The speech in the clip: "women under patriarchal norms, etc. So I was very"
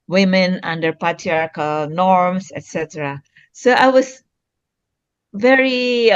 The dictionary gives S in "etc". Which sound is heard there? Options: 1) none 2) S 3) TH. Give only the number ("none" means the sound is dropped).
2